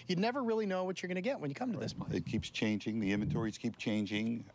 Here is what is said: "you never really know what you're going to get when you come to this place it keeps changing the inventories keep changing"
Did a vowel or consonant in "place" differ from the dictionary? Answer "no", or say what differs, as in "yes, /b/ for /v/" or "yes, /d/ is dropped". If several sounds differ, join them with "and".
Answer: yes, /l/ is dropped and /s/ is dropped